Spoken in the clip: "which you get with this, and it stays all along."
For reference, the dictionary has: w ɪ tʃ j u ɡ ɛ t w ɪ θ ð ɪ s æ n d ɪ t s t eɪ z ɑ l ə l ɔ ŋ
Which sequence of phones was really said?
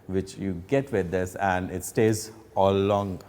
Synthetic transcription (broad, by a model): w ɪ tʃ j u ɡ ɛ t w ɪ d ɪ s æ n d ɪ t s t eɪ z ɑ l l ɔ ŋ